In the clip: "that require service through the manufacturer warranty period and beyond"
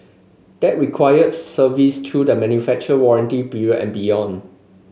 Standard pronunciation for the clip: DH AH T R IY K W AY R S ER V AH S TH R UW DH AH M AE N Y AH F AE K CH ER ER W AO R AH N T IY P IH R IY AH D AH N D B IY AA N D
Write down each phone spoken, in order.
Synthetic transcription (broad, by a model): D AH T R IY K W AY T S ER V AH S T R UW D AH M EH N Y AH F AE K CH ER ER W AO R AH N T IY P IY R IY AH AH N B IY AA N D